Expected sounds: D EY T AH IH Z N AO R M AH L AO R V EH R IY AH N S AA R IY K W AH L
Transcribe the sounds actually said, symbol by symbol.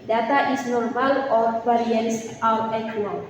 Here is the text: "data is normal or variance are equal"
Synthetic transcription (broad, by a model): D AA T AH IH S N AO R M AH L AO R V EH R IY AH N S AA W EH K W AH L